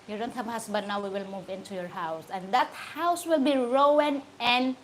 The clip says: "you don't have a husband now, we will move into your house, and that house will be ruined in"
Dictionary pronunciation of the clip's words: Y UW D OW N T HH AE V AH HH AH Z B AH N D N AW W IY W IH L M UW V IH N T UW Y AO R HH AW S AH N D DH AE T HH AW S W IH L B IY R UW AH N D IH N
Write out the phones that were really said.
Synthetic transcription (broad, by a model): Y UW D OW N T HH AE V AH HH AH S B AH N N AW W IY W IH L M UW V IH N T UW Y AO R HH AW S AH N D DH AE T HH AW S W IH L B IY R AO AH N IH N